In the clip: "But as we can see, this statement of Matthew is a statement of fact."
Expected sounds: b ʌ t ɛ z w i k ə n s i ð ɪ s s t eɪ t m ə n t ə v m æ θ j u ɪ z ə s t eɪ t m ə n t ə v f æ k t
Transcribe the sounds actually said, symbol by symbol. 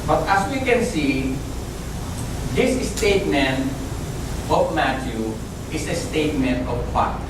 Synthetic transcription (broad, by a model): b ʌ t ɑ s w i k ə n s i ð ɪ s s t eɪ t m ə n t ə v m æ t j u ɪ s ə s t eɪ t m ə n t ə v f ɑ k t